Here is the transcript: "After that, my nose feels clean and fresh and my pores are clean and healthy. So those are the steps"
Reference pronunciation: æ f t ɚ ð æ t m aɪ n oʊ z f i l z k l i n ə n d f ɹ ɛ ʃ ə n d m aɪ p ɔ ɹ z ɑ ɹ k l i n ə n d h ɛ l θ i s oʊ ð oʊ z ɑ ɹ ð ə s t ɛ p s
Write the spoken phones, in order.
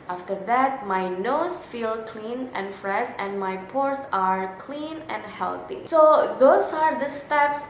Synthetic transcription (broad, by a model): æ f t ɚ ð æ t m aɪ n oʊ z f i l k l i n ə n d f ɹ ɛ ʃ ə n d m aɪ p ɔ ɹ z ɑ ɹ k l i n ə n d h ɛ l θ i s oʊ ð oʊ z ɑ ɹ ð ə s t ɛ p s